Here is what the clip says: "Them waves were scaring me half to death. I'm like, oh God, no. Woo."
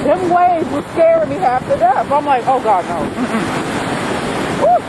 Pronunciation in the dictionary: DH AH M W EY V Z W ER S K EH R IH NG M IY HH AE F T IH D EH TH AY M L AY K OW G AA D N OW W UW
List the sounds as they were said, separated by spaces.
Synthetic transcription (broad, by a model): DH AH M W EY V W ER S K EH R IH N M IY HH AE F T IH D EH F AY M L AY K OW G AA D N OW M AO